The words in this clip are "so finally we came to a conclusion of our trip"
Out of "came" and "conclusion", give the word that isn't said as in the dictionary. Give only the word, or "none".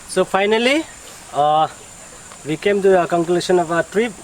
conclusion